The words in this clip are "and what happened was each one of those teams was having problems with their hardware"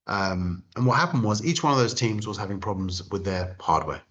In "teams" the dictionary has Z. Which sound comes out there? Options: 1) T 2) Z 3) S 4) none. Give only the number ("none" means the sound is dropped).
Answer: 2